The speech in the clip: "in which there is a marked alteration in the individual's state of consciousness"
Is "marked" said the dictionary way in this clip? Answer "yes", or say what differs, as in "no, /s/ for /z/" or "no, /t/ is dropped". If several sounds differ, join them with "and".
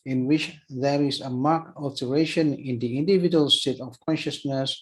no, /t/ is dropped